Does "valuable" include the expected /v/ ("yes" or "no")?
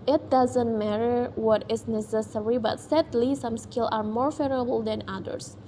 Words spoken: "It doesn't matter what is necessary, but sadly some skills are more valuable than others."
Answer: no